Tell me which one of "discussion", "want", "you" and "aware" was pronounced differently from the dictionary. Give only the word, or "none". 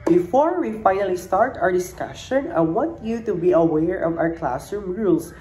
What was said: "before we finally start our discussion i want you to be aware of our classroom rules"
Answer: want